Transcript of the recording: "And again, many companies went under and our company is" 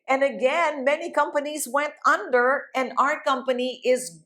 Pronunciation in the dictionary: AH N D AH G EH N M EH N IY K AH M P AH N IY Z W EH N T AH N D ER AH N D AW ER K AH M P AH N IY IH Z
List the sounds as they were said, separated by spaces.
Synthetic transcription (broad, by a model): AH N AH G EH N M EH N IY K AH M P AH N IY Z W EH N T AH N D ER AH N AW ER K AH M P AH N IY IH Z